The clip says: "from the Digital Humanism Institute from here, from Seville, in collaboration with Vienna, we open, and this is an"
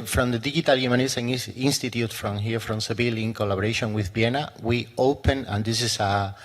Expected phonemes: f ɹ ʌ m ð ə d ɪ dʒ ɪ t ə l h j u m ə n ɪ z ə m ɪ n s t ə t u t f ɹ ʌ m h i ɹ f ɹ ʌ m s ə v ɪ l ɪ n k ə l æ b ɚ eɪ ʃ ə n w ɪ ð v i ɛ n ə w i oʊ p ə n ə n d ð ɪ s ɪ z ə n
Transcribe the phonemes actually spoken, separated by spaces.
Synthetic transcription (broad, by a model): f ɹ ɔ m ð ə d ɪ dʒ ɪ t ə l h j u m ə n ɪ s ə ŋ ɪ n s t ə t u t f ɹ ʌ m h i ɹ f ɹ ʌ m s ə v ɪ l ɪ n k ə l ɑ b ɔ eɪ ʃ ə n w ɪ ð b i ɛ n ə w i oʊ p ə n ə n d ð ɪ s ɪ s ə